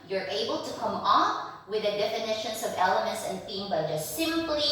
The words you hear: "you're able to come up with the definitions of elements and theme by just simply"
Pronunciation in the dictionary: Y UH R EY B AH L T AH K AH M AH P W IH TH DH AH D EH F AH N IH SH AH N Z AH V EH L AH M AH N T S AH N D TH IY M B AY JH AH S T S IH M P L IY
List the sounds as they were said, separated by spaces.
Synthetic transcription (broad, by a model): Y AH R EY B AH L T AH K AH M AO F W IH DH AH D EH F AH N IH SH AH N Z AH V EH L AH M AH N T S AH N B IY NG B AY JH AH S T S IH M P L IY